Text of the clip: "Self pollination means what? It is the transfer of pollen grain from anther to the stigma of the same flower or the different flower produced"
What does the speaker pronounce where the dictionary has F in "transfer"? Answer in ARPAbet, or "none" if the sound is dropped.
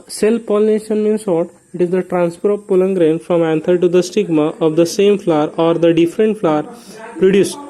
P